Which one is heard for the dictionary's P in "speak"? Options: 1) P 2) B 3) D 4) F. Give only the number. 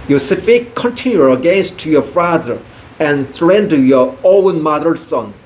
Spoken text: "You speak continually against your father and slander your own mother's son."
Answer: 4